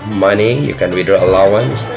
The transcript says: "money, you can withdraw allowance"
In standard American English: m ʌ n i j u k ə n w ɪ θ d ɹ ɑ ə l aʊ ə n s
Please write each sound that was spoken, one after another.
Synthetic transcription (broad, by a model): m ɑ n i j u k ə n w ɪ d ɑ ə l aʊ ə n s